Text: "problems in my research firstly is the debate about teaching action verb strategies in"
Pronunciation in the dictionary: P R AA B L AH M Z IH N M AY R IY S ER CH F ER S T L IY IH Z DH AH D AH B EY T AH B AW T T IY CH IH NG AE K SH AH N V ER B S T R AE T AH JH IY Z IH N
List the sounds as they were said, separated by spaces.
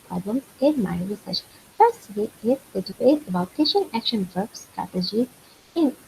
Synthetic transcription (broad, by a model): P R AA B L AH M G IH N M AY R IY S ER CH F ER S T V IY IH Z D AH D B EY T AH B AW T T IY SH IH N AE K SH AH N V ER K S T R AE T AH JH IY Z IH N